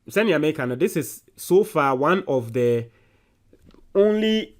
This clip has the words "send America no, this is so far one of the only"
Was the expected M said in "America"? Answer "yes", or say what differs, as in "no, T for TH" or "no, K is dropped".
no, M is dropped